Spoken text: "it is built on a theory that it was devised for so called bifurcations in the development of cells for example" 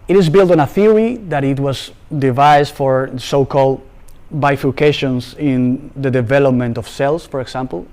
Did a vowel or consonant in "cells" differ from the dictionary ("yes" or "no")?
yes